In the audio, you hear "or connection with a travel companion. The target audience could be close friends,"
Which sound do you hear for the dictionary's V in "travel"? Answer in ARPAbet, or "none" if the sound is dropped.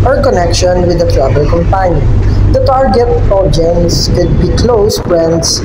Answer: B